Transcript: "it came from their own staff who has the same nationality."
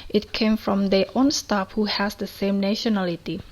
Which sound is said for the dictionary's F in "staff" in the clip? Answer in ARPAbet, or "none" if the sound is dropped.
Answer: P